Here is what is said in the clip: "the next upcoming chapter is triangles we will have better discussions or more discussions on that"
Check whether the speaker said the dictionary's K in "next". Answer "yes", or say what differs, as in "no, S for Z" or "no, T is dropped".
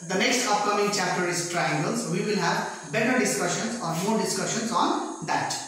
yes